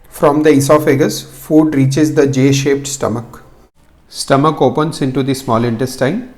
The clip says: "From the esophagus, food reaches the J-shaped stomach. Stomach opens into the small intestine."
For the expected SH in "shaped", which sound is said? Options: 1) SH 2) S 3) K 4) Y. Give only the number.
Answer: 1